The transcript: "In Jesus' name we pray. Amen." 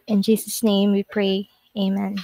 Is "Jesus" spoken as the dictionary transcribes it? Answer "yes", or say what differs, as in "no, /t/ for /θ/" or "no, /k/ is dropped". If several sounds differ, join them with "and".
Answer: yes